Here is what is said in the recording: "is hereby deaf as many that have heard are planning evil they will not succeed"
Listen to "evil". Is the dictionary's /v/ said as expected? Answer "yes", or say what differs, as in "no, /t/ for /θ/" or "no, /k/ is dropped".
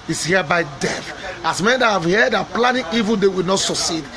yes